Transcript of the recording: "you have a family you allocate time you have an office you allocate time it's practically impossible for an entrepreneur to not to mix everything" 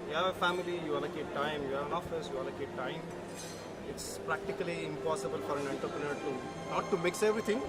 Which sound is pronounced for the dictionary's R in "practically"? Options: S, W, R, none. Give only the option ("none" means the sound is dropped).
R